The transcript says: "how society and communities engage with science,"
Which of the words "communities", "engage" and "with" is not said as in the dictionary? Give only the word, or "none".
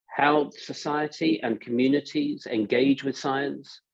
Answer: none